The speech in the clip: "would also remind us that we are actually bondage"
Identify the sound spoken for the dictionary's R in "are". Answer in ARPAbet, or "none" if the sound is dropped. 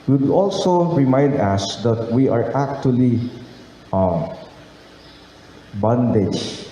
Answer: R